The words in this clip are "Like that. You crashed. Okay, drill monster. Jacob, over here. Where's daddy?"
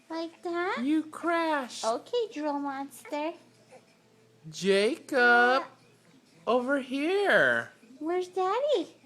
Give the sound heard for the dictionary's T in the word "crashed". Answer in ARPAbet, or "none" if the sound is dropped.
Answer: none